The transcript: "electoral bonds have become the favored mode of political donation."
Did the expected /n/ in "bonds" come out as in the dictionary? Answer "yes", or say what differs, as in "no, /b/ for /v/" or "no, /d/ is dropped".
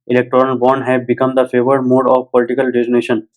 no, /n/ is dropped